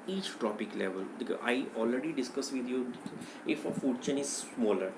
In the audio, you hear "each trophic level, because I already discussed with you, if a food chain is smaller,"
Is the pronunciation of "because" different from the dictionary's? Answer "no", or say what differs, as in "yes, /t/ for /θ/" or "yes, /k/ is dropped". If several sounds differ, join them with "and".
yes, /z/ is dropped